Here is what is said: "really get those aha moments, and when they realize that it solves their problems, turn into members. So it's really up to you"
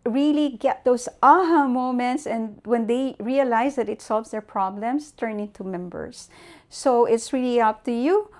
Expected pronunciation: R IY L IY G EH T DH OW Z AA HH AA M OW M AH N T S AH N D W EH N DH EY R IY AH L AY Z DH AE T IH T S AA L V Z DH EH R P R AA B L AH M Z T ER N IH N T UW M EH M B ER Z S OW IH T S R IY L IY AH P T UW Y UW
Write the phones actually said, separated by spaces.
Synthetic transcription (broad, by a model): R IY L IY G EH T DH OW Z AA HH AA M OW M AH N T S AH N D W EH N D EY R IY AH L AY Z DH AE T IH T S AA L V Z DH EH R P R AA B L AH M S T ER N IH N T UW M EH M B ER S OW IH T S R IY L IY AH P T UW Y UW